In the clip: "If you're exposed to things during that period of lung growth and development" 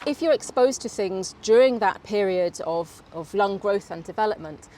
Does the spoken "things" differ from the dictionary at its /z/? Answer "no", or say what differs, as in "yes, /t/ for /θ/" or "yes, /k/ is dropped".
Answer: no